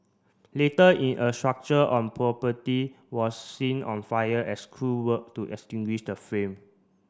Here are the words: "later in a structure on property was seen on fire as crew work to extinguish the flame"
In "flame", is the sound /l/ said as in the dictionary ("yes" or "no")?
no